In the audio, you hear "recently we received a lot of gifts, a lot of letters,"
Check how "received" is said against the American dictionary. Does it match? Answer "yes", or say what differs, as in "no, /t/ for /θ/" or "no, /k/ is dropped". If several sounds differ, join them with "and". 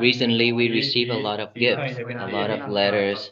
no, /d/ is dropped